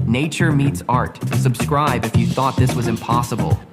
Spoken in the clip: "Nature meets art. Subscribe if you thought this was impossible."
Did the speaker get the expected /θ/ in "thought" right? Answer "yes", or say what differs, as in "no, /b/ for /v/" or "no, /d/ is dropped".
yes